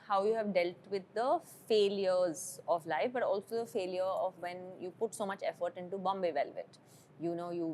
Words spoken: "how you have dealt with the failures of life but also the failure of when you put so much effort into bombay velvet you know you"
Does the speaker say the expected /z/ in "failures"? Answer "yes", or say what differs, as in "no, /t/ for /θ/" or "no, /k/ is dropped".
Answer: yes